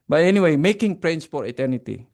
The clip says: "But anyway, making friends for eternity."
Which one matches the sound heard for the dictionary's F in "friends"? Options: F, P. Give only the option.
P